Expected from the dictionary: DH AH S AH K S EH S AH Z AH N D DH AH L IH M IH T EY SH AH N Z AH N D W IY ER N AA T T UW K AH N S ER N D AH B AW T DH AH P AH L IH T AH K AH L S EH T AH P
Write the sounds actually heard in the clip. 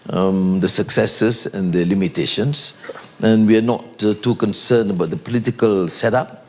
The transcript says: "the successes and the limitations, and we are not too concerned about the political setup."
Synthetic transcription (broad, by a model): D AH S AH K S EH S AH S AH N D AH L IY M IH T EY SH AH N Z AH N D W IY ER N AA T T UW K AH N S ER N AH B AW T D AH P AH L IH T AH K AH L S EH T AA P